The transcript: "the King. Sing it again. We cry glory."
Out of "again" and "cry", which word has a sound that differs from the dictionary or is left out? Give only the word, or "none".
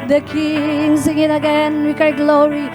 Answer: cry